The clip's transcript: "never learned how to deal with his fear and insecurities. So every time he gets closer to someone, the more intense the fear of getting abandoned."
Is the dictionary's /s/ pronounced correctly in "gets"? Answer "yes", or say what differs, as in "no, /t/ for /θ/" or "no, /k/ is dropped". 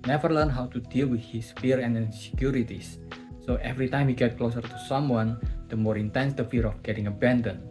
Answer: no, /s/ is dropped